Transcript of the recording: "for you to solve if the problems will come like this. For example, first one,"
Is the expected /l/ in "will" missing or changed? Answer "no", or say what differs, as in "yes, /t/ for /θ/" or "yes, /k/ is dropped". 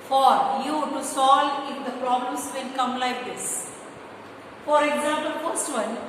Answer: yes, /n/ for /l/